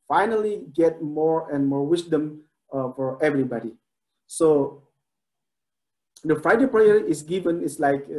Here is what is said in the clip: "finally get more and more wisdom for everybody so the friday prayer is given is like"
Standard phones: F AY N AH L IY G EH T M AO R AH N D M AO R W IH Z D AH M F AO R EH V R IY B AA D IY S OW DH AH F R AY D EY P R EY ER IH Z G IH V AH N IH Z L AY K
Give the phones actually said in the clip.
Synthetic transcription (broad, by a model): F AY N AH L IY G EH T M AO R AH N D M AO R W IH S D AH M F AO R EH V R IY B AA D IY S OW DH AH F R AY D EY P R EY ER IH S G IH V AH N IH S L AY K